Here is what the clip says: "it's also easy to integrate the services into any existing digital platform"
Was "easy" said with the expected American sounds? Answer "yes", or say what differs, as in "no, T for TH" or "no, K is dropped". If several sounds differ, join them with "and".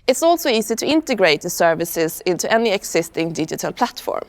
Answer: no, S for Z